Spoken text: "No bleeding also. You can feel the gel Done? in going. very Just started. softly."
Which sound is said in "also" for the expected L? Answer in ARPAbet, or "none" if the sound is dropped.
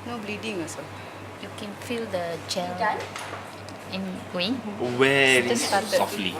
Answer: none